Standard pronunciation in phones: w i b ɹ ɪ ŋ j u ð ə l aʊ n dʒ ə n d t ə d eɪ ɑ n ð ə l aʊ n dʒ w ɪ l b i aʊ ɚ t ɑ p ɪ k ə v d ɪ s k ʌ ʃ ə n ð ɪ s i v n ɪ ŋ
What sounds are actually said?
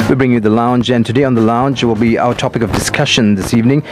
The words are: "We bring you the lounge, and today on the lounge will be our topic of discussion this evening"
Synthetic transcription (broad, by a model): w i b ɹ ɪ ŋ j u ð ə l aʊ n dʒ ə n t ə d eɪ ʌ n ð ə l aʊ n dʒ w ɪ l b i aʊ ɚ t ɑ p ɪ k ə v d ɪ s k ʌ ʃ ə n ð ɪ s i v n ɪ ŋ